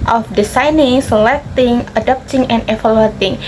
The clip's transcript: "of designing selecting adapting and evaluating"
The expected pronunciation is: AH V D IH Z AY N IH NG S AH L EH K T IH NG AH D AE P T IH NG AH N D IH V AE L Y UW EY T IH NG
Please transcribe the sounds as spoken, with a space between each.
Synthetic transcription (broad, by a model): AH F D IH S AY N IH NG S AH L EH K T IH NG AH D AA P T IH NG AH N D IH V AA L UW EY T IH NG